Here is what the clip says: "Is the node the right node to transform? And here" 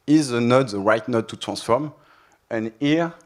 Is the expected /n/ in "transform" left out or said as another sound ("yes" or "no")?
yes